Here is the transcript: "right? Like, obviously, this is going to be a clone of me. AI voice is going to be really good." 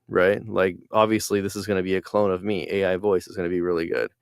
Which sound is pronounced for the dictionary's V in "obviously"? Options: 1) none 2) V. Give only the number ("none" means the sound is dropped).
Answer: 2